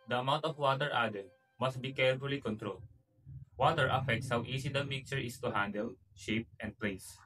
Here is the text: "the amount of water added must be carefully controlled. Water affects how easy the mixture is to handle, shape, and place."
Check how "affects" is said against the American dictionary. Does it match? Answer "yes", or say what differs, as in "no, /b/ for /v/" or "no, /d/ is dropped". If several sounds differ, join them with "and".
yes